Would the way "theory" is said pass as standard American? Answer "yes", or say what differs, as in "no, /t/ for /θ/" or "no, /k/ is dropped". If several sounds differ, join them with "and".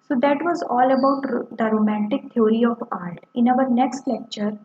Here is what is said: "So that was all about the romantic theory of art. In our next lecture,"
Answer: no, /t/ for /θ/